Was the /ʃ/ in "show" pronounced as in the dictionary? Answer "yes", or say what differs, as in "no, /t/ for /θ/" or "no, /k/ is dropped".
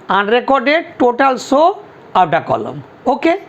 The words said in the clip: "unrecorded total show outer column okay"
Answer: no, /s/ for /ʃ/